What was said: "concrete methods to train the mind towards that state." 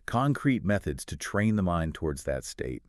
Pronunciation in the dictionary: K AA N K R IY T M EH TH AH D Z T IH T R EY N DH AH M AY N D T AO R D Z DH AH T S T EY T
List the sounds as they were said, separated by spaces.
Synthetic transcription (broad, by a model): K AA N K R IY T M EH TH AH D Z T IH T R EY N DH AH M AY N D T AO R D Z DH AH T S T EY T